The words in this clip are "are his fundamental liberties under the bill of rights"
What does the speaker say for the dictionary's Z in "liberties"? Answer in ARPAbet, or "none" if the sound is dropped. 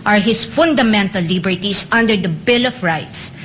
S